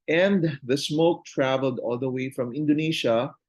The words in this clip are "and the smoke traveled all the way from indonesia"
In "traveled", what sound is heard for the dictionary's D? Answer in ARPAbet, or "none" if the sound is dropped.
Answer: D